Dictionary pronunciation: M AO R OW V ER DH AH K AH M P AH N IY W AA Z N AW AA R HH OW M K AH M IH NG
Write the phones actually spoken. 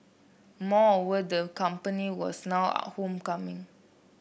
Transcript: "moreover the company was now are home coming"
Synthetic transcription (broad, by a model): M AO OW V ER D AH K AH M P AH N IY W AA S N AW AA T HH OW M K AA M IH NG